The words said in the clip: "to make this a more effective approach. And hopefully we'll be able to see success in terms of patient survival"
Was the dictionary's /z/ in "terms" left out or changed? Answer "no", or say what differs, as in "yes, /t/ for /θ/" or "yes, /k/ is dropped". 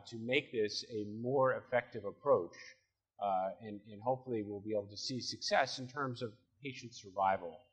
no